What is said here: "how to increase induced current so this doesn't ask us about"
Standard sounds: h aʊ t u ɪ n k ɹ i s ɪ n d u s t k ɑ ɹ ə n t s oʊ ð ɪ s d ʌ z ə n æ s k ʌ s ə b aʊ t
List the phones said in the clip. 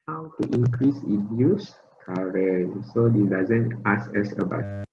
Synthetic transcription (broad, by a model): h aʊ t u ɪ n k ɹ i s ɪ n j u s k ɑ ɹ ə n s oʊ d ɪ d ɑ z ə n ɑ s ɛ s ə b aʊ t